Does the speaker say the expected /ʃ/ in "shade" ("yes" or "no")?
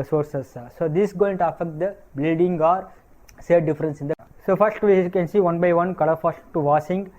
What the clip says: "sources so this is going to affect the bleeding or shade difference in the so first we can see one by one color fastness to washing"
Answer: no